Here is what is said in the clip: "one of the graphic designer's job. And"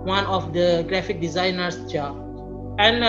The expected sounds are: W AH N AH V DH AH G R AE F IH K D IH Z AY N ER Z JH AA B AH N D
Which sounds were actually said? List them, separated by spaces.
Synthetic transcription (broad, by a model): W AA N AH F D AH G R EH F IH K D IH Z AY N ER S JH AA AH N